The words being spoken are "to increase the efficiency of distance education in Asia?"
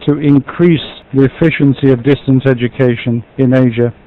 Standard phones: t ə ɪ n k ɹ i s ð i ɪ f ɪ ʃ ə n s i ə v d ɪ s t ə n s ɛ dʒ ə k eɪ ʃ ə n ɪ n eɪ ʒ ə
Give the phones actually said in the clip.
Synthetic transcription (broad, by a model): t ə ɪ n k ɹ i s ð i ɪ f ɪ ʃ ə n s i ə v d ɪ s t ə n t ɛ dʒ ə k eɪ ʃ ə n ɪ n eɪ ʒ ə